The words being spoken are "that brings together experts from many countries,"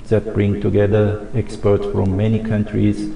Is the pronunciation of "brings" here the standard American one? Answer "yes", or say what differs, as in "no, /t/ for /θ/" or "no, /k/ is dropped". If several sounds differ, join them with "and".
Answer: no, /z/ is dropped